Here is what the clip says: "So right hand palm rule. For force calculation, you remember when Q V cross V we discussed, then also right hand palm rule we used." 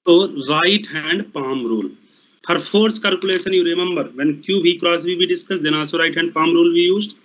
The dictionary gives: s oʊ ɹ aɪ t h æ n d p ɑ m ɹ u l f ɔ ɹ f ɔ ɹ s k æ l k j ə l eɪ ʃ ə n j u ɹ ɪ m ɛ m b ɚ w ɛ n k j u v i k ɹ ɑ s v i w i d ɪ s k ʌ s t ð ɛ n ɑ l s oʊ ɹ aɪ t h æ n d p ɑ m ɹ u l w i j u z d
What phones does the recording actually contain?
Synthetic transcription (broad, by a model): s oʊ ɹ aɪ t h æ n d p ɑ m ɹ u l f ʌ ɹ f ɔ ɹ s k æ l k j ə l eɪ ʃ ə n j u ɹ ɪ m ɛ m b ɚ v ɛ n k j u b i k ɹ ɑ s b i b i d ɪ s k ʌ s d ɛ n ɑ s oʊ ɹ aɪ t h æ n d p ɑ m ɹ u l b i j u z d